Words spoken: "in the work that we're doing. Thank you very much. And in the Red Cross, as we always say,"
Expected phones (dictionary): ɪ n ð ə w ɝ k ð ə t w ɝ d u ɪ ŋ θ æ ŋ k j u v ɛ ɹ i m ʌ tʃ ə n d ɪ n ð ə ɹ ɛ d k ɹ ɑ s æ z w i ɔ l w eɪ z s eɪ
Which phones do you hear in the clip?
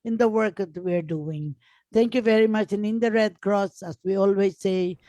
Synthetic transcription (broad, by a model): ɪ n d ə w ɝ k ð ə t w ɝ d u ɪ ŋ t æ ŋ k j u v ɛ ɹ i m ʌ tʃ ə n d ɪ n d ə ɹ ɛ d k ɹ ɑ s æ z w i ɔ l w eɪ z s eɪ